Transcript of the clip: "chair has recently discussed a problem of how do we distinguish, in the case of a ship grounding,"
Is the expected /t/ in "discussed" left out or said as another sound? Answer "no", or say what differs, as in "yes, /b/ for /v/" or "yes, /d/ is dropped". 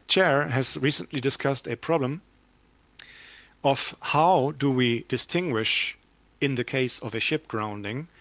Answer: no